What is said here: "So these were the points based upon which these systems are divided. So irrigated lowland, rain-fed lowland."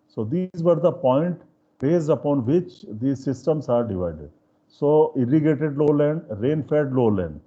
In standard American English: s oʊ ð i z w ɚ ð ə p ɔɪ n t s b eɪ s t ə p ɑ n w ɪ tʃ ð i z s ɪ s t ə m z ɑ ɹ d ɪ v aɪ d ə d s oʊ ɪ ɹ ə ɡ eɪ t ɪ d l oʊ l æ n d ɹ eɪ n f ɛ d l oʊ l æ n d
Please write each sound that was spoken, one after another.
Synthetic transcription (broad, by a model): s oʊ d i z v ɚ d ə p ɔɪ n t b eɪ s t ə p ɑ n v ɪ tʃ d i s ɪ s t ə m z ɑ ɹ d ɪ v aɪ d ə d s oʊ ɪ ɹ ə ɡ eɪ t ɪ d l oʊ l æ n d ɹ eɪ n f ɛ d l oʊ l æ n d